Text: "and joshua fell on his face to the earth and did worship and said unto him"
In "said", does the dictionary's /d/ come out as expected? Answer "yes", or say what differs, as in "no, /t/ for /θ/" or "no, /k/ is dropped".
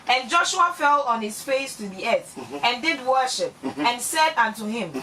yes